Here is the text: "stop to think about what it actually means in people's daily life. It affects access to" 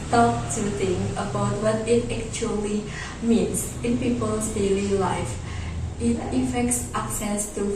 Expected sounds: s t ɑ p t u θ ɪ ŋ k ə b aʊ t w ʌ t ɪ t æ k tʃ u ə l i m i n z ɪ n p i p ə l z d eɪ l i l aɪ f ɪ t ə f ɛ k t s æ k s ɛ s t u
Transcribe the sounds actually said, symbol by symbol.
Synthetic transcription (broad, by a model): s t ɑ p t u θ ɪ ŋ ə b aʊ t w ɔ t ɪ t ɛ k tʃ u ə l i m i n s ɪ n p i p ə l s d eɪ l i l aɪ f ɪ t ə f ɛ k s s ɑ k s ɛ s t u